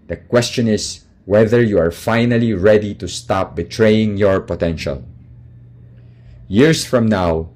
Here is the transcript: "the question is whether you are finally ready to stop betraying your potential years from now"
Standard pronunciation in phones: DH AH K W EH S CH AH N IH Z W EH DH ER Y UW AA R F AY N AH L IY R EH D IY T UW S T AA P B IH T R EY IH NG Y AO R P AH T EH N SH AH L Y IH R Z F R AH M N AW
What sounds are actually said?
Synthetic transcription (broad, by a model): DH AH K W EH S CH AH N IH S W EH DH ER Y UW AA R F AY N AH L IY R EH D IY T UW S T AA P B IH T R EY IH NG Y AO R P AH T EH N SH AH L Y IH R S F R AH M N AW